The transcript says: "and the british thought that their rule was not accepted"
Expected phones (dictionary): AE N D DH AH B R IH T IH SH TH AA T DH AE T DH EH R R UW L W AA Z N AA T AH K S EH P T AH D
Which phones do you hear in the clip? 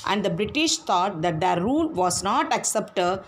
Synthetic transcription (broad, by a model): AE N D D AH B R IH T IH SH T AA T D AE T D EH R R UW L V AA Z N AA T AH K S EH P T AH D